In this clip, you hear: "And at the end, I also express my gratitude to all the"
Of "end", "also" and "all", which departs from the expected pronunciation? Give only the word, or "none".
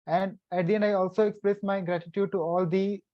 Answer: end